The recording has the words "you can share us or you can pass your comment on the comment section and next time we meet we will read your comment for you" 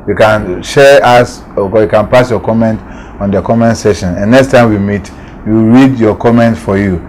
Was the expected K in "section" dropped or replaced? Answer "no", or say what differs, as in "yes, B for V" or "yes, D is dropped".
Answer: yes, K is dropped